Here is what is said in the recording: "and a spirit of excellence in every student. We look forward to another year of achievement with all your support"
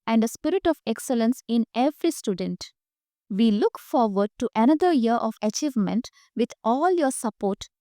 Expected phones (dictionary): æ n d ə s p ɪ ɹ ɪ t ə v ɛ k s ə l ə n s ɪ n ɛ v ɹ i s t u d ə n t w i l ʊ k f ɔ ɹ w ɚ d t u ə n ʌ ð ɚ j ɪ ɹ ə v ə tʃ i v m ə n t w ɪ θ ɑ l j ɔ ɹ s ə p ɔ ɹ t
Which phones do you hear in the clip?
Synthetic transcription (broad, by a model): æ n d ə s p ɪ ɹ ɪ t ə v ɛ k s ə l ə n s ɪ n ɛ v ɹ i s t u d ə n t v i l ʊ k f ɔ ɹ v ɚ d t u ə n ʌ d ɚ j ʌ ɹ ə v ə tʃ i v m ə n t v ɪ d ɑ l j ɔ ɹ s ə p ɔ ɹ t